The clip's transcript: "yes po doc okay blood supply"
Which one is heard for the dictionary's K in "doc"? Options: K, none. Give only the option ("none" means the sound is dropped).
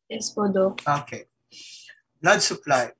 none